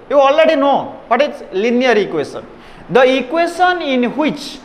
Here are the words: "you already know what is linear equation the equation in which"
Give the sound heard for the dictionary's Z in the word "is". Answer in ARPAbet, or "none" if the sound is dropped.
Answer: S